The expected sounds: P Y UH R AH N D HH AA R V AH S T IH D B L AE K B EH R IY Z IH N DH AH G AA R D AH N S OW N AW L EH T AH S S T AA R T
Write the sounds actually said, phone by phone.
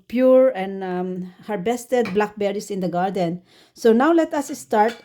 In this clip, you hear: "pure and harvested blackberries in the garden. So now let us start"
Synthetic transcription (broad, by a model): P Y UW R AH N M HH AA R B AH S T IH D B L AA K B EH R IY S IH N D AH G AA R D AH N S OW N AW L EH T AH S S T AA R T